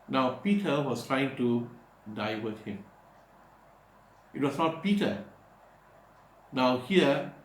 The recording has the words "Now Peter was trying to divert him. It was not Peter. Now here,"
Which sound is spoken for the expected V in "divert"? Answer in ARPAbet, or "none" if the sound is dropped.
W